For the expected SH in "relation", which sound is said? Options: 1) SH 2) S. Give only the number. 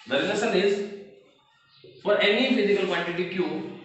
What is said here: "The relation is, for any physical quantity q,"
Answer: 2